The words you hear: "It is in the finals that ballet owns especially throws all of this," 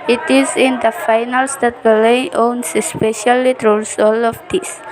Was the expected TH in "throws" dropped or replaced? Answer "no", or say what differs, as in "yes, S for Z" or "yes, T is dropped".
yes, T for TH